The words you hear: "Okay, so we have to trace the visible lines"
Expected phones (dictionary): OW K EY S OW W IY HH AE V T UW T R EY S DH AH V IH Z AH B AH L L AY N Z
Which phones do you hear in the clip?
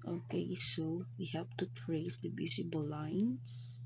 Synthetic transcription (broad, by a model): OW K EY S OW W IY HH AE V T UW T R EY S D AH B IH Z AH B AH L L AY N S